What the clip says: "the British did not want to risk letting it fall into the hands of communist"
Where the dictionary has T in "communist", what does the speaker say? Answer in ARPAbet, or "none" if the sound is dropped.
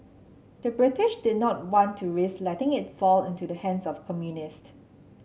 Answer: T